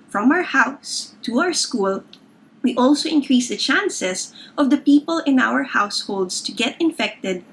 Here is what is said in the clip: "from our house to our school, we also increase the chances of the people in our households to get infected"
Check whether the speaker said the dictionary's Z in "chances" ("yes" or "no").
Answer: no